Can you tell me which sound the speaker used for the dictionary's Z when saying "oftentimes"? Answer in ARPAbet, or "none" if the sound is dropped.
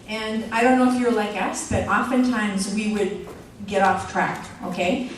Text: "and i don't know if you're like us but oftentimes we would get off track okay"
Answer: Z